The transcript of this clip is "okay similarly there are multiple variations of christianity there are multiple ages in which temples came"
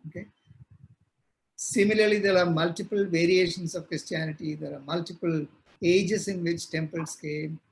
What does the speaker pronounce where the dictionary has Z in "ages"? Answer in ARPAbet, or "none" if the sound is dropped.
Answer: S